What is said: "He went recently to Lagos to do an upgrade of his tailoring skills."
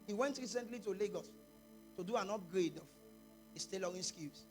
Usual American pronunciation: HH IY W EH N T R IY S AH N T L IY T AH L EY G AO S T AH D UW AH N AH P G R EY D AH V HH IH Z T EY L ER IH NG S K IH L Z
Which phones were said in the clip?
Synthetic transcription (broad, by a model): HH IY W EH N T R IY S AH N T L IY T AH L EY G AO S T AH D UW AH N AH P G R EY D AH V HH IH S T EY L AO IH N S K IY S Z